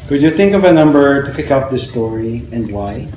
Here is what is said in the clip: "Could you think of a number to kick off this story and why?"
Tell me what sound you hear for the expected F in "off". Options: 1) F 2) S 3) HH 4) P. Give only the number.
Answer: 4